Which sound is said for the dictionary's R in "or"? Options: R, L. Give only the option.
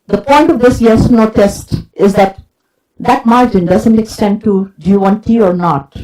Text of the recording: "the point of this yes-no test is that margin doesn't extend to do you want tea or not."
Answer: R